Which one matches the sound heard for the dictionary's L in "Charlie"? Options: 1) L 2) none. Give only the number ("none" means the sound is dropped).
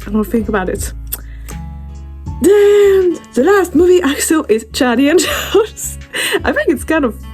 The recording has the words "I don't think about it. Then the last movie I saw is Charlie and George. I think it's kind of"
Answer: 2